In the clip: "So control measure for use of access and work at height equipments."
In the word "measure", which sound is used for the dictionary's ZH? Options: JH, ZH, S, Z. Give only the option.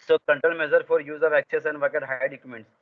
Z